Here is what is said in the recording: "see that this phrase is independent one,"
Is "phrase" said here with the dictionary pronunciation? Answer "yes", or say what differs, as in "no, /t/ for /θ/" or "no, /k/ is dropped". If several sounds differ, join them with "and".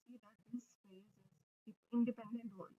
no, /ɹ/ is dropped